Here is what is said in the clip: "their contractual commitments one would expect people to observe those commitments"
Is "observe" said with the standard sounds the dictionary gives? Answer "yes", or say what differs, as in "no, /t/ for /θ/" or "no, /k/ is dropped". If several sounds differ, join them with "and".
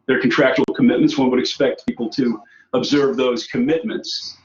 yes